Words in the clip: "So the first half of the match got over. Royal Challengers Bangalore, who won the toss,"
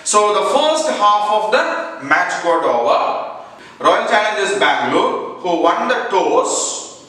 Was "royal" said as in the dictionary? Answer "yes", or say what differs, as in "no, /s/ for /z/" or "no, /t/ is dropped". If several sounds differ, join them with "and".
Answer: no, /n/ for /l/